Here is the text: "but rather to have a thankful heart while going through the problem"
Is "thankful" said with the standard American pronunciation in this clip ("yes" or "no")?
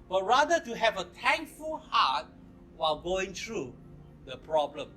no